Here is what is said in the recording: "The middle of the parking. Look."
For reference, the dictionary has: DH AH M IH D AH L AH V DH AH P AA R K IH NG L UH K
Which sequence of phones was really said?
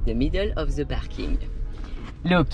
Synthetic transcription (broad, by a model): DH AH M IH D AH L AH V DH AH B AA R K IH NG L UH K